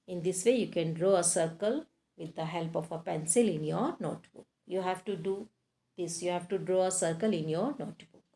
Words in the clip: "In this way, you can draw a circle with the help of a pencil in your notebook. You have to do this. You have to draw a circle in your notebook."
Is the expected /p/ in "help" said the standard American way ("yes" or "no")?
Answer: yes